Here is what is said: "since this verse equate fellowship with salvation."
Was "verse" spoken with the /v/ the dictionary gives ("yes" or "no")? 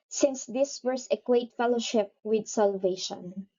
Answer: no